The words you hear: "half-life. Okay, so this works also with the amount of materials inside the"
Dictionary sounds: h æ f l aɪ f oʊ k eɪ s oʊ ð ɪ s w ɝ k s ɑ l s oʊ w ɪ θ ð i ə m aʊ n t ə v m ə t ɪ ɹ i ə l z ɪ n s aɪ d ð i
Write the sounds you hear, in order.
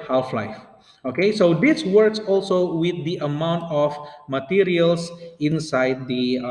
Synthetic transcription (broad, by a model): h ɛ f l aɪ f oʊ k eɪ s oʊ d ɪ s w ɝ k s ɑ l s oʊ w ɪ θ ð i ə m aʊ n t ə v m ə t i ɹ i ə l s ɪ n s aɪ d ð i